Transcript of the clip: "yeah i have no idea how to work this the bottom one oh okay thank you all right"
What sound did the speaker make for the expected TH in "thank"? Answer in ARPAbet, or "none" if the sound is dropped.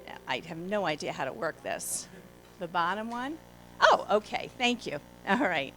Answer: TH